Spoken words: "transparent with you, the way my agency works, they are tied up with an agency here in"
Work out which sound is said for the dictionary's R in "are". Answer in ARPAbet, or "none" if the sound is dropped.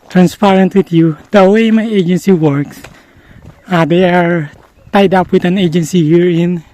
R